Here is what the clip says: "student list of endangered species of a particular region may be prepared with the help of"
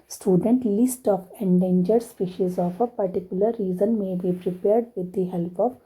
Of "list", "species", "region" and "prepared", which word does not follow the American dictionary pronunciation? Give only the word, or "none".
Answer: region